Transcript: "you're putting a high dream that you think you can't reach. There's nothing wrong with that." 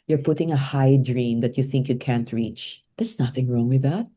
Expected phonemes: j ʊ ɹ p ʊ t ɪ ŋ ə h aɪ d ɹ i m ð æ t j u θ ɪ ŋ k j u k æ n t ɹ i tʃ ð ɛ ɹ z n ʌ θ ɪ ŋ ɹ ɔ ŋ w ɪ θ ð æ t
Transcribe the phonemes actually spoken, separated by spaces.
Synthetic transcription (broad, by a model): j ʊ ɹ p ʊ t ɪ ŋ ə h aɪ d ɹ i m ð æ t j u θ ɪ ŋ k j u k æ n t ɹ i tʃ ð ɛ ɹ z n ʌ θ ɪ ŋ ɹ ɔ ŋ w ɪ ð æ t